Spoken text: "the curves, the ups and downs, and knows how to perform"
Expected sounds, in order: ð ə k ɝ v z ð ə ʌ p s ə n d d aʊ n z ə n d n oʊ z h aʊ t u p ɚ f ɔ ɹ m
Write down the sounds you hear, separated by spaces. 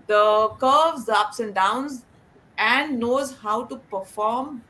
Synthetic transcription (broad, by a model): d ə k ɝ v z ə ʌ p s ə n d d aʊ n z ə n d n oʊ z h aʊ t u p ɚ f ɔ ɹ m